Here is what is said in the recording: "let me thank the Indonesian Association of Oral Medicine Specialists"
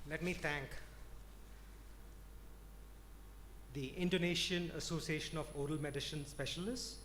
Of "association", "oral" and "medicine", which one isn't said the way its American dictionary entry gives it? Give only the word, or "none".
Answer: medicine